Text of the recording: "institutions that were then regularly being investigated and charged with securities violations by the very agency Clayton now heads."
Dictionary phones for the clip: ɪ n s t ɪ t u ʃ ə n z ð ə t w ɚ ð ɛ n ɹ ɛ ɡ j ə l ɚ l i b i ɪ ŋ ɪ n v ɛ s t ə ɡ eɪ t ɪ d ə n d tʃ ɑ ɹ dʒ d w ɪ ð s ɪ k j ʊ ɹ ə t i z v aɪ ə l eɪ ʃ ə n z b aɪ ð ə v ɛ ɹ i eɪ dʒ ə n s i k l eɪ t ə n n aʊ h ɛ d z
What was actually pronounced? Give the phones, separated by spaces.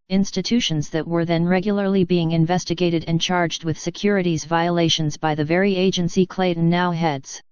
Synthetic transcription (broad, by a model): ɪ n s t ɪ t u ʃ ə n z ð ə t w ɚ ð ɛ n ɹ ɛ ɡ j l ɚ l i b i ɪ ŋ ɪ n v ɛ s t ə ɡ eɪ t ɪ d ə n tʃ ɑ ɹ dʒ d w ɪ ð s ɪ k j ʊ ɹ ə t i z v aɪ ə l eɪ ʃ ə n z b aɪ ð ə v ɛ ɹ i eɪ dʒ ə n s i k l eɪ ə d n aʊ h ɛ d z